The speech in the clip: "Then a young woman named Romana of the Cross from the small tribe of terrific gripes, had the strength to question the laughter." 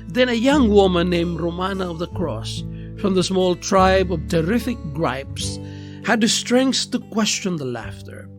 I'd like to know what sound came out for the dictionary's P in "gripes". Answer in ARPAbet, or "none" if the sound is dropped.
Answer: P